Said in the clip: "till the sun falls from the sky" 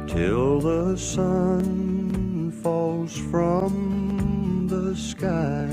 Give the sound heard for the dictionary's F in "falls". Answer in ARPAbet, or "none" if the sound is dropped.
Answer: F